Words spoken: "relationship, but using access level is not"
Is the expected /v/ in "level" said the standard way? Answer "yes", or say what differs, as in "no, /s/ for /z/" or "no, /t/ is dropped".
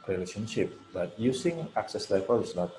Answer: no, /f/ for /v/